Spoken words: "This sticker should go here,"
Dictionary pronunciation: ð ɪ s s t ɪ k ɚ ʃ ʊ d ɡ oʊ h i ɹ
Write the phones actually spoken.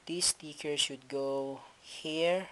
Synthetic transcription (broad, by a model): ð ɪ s s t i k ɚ s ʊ d ɡ oʊ h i ɹ